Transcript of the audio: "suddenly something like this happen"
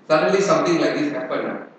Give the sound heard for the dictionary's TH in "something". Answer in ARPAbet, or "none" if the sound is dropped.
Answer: T